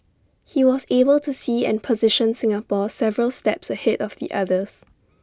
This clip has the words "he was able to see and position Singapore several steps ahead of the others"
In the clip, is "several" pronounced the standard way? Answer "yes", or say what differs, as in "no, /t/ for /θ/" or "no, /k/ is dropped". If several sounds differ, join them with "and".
yes